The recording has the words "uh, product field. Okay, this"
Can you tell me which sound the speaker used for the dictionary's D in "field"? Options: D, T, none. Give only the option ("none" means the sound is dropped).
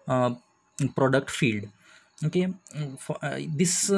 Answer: D